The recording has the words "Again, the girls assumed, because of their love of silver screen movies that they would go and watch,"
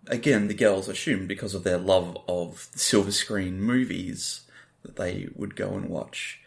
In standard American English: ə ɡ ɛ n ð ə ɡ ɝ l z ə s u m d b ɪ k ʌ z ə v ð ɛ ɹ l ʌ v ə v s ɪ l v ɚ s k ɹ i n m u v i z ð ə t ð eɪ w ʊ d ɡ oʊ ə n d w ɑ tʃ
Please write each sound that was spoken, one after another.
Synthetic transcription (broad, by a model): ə ɡ ɛ n ð ə ɡ ɝ l z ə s u m b ɪ k ʌ z ə v ð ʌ ɹ l ʌ v ə v s ɪ l v ɚ s k ɹ i n m u v i z ð ə t ð eɪ w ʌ d ɡ oʊ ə n w ɑ tʃ